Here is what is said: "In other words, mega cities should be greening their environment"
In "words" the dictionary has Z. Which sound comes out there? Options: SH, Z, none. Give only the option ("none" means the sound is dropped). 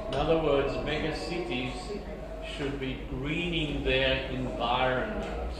Z